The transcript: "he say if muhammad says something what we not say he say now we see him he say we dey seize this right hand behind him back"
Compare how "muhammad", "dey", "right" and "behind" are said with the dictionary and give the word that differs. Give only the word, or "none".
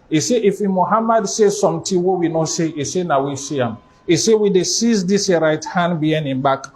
behind